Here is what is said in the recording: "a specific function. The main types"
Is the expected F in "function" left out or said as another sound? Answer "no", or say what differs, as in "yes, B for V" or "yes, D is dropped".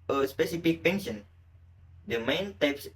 yes, P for F